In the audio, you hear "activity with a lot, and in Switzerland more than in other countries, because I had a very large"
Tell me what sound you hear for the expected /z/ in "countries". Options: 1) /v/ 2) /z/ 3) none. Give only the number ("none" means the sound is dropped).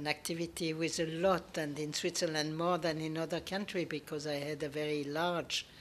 3